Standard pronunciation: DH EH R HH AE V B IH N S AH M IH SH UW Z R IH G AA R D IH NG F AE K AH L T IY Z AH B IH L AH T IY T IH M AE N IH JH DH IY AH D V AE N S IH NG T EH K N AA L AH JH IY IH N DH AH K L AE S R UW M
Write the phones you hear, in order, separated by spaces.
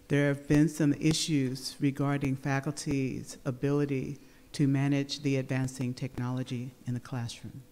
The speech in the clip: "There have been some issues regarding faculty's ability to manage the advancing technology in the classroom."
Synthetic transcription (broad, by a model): DH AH R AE V B IH N S AH M IH SH UW Z R IH G AA R D IH NG F AE K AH L T IY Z AH B IH L AH T IY T IH M AE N IH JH DH IY AH D V AE N S IH NG T EH K N AA L AH JH IY IH N DH AH K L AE S R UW M